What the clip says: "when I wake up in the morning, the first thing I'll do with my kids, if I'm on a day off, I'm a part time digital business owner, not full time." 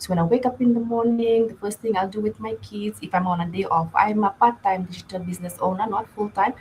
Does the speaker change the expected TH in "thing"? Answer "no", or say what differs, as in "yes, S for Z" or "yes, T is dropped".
yes, T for TH